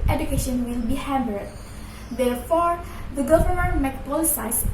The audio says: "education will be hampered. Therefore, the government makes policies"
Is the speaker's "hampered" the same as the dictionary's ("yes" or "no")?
no